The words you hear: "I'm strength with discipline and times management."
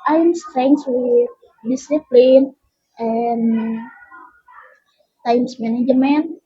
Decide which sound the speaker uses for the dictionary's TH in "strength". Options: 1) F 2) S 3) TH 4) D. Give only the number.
2